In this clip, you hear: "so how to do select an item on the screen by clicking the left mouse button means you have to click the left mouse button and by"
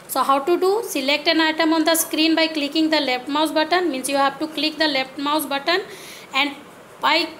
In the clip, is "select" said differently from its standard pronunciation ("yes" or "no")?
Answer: no